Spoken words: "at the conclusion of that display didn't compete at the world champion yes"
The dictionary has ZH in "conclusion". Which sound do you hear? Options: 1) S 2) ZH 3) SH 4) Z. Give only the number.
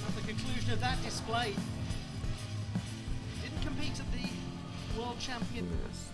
2